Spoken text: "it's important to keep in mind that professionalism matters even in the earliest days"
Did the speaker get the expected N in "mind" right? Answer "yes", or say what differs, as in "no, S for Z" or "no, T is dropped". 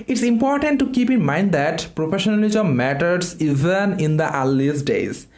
yes